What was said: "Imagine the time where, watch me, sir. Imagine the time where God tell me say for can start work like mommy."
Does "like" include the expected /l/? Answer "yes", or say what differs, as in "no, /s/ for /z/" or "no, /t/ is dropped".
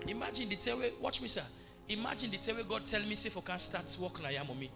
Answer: no, /n/ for /l/